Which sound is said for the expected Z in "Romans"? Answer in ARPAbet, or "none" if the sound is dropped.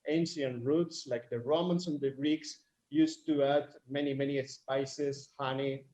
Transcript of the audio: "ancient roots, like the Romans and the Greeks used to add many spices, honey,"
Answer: S